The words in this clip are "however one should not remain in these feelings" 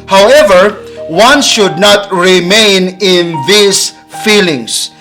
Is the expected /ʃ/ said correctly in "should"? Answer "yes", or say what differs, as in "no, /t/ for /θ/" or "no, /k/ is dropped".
yes